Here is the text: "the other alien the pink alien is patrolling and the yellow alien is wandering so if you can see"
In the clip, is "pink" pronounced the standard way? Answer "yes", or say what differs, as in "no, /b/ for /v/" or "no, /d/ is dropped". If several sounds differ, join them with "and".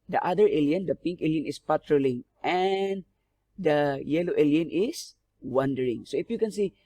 yes